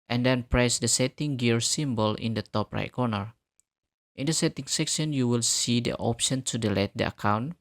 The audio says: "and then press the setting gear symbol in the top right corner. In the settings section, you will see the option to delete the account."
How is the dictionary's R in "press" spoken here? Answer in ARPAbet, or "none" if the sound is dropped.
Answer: R